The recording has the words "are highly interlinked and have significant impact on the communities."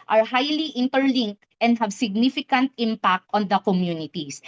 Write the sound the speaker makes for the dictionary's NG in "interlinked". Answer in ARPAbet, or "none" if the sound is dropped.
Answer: NG